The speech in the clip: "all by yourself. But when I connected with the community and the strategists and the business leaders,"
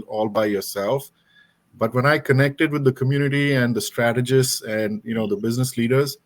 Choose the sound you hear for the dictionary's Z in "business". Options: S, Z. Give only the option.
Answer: Z